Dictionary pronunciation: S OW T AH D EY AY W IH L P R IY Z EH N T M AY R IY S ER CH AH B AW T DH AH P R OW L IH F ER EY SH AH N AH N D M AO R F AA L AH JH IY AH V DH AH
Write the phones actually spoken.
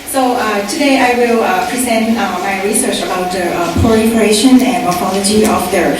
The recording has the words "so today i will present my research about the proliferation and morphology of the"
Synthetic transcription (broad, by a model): S OW T AH D EY AY W IH L P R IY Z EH N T M AY R IY S ER CH AH B AW T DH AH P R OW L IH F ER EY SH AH N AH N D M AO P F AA L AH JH IY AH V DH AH